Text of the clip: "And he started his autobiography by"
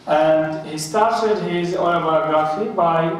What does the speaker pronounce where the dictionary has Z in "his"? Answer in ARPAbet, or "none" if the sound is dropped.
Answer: Z